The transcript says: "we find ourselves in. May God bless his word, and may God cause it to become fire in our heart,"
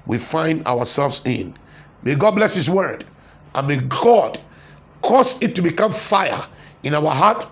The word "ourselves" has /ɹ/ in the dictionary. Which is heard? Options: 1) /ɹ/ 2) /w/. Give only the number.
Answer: 2